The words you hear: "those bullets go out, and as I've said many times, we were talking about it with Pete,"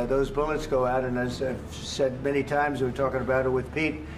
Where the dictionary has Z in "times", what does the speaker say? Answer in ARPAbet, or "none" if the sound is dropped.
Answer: Z